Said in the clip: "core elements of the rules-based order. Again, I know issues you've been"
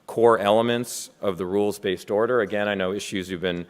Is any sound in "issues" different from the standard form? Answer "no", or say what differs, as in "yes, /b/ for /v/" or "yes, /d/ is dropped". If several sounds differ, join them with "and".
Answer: no